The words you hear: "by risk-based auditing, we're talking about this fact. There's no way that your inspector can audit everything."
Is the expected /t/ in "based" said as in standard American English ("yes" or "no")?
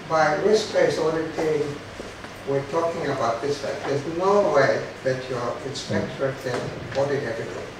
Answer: no